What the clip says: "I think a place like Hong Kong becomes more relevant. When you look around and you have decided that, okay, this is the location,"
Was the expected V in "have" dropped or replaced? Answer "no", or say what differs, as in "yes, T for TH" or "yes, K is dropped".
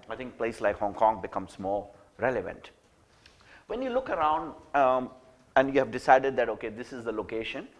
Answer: no